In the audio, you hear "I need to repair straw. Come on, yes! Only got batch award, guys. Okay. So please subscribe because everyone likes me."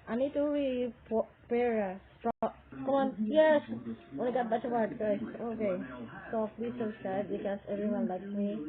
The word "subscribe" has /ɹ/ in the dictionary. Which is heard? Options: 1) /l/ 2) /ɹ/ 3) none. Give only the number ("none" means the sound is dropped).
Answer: 3